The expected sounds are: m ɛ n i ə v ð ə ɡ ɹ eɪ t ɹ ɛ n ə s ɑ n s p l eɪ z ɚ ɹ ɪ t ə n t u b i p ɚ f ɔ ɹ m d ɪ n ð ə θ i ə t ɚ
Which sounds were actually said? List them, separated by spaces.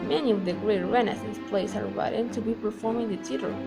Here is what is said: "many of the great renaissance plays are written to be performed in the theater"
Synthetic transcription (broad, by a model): m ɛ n i ə v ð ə ɡ ɹ eɪ t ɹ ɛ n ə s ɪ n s p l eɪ s ɚ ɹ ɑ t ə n t u b i p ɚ f ɔ ɹ m ɪ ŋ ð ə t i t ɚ